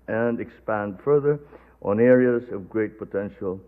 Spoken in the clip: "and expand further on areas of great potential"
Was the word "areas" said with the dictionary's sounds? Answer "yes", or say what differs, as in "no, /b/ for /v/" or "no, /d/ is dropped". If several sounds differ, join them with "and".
yes